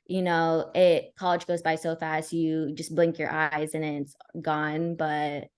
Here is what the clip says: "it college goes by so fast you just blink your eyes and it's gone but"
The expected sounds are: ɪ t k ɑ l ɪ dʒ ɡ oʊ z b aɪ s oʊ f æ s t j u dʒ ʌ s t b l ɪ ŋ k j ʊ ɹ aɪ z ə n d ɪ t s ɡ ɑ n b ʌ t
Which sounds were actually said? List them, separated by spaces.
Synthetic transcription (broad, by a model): ɪ t k ɑ l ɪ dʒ ɡ oʊ z b aɪ s oʊ f æ s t j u dʒ ʌ s b l ɪ ŋ k j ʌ ɹ aɪ z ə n ɪ t s ɡ ɑ n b ʌ t